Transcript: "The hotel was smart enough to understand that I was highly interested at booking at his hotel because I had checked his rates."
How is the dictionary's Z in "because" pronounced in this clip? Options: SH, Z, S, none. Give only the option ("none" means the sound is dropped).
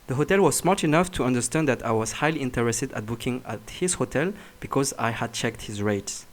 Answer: Z